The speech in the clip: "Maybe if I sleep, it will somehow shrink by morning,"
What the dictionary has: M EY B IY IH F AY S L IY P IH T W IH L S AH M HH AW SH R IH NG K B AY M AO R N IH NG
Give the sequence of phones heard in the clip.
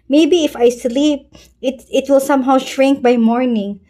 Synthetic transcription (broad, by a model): M EY B IY IH F AY S L IY P IH T W IH L S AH M HH AW SH R IH NG K B AY M AO R N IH NG